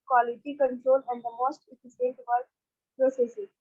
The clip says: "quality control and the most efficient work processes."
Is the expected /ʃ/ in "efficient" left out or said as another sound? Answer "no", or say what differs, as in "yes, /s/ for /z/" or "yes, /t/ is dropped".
yes, /s/ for /ʃ/